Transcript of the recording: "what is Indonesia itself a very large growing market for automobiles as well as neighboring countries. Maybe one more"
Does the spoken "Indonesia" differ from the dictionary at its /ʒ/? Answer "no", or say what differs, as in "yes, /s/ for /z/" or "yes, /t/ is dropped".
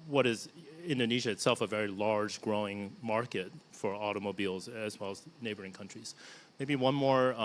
no